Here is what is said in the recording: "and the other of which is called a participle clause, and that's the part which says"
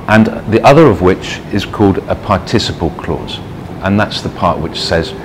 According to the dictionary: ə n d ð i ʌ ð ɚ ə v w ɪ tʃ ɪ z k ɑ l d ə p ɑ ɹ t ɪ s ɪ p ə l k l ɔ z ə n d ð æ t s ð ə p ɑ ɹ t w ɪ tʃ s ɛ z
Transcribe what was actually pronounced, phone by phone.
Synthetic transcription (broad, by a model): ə n ð i ʌ ð ɚ ə v w ɪ tʃ ɪ z k ɑ l d ə p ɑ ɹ t ɪ s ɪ p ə l k l ɔ z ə n ð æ t s ð ə p ɑ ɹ t w ɪ tʃ s ɛ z